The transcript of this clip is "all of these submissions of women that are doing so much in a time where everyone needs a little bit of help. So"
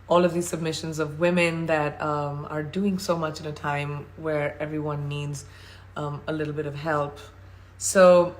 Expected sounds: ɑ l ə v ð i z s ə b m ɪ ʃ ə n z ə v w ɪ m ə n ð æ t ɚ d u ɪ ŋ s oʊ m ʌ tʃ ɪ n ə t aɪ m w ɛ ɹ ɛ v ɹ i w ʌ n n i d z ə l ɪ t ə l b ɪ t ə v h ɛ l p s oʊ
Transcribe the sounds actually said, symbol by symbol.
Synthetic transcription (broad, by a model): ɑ l ə v ð i z s ə b m ɪ ʃ ə n z ə v w ɪ m ə n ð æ t ɚ d u ɪ ŋ s oʊ m ʌ tʃ ɪ n ə t aɪ m w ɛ ɹ ɛ v ɹ i w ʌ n n i d z ə l ɪ t l b ɪ t ə v h ɛ l p s oʊ